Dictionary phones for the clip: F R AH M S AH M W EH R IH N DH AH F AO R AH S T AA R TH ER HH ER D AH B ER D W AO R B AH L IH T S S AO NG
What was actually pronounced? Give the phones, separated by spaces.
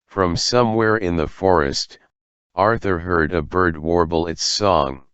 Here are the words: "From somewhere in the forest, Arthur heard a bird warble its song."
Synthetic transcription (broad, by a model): F R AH M S AH M W EH R IH N DH AH F AO R AH S T AA R TH ER HH ER D AH B ER D W AO R B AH L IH T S S AO NG